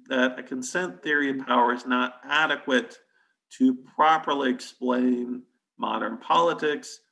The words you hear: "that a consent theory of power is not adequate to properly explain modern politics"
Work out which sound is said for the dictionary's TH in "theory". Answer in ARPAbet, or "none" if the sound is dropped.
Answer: TH